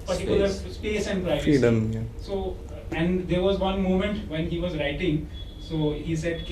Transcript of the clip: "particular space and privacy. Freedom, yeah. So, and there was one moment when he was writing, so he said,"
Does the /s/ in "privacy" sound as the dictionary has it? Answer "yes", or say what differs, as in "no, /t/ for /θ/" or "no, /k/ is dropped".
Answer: no, /s/ is dropped